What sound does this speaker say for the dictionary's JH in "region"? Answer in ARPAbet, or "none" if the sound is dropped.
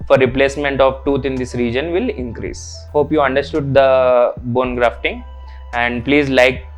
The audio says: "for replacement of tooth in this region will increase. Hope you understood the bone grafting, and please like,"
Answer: JH